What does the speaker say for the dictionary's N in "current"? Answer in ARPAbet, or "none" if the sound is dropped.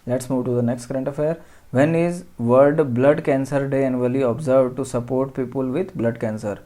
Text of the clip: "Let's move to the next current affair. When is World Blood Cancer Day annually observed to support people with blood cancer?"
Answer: N